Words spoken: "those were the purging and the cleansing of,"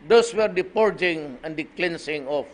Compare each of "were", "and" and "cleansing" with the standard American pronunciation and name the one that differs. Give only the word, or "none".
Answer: cleansing